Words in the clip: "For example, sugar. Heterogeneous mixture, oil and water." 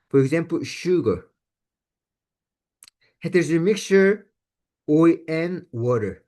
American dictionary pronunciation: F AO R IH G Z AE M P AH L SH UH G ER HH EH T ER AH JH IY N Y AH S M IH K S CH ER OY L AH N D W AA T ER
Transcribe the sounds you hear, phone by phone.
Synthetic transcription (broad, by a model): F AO R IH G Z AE M P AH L SH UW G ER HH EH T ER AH Z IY M IH K S CH ER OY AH N W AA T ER